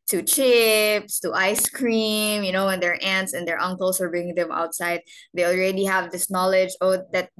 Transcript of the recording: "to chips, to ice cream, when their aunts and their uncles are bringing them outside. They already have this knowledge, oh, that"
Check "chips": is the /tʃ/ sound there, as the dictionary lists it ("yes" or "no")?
yes